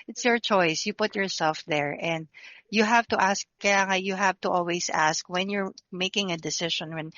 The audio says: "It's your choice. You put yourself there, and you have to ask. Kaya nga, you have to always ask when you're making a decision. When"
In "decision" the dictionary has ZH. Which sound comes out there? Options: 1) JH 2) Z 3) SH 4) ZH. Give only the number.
3